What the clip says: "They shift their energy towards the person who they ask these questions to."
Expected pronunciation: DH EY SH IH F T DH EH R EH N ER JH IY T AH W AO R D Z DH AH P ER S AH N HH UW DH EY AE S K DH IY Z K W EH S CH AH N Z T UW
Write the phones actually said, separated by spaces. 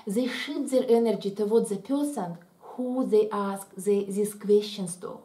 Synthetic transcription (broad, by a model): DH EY SH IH T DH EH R EH N ER JH IY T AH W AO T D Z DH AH P ER S AH N HH UW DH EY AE S K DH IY S K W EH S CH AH N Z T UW